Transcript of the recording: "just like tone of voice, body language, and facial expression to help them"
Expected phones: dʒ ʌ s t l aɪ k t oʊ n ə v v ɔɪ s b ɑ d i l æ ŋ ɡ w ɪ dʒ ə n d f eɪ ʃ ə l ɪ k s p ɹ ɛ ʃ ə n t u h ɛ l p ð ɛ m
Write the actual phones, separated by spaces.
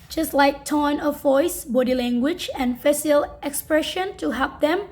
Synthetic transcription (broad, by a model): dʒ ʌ s t l aɪ k t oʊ n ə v v ɔɪ s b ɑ d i l æ ŋ ɡ w ɪ dʒ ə n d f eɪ s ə l ɪ k s p ɹ ɛ ʃ ə n t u h ɛ l p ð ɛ m